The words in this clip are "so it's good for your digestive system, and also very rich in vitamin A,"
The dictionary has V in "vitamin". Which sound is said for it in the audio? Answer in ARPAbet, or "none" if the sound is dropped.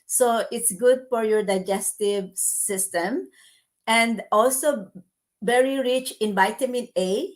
B